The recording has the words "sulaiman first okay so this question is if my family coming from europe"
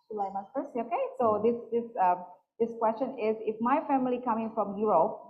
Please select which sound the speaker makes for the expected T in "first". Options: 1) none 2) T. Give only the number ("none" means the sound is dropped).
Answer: 1